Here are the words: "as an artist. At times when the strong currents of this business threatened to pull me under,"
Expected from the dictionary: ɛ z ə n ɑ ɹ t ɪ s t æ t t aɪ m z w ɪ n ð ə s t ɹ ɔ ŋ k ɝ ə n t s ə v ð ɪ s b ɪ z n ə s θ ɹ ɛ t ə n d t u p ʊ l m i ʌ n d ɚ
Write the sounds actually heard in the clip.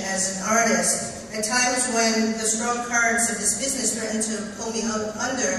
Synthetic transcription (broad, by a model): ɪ z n ɑ ɹ t ɪ s t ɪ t t aɪ m z w ɪ n ð ə s t ɹ ɔ ŋ k ɝ ə n t s ə v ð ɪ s b ɪ z n ə s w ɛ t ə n t u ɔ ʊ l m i ʌ n d ɚ